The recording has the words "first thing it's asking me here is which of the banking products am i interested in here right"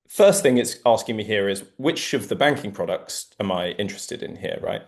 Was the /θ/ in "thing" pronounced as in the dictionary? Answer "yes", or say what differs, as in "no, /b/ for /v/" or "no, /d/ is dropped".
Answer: yes